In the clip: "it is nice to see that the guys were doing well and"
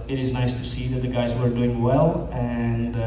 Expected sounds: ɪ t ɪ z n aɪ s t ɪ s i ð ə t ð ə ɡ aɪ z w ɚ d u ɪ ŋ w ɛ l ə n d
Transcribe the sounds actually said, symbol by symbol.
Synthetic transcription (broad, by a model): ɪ t ɪ z n aɪ s t ɪ s i ð ə t ð ə ɡ aɪ z w ɚ d u ɪ ŋ w ɛ l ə n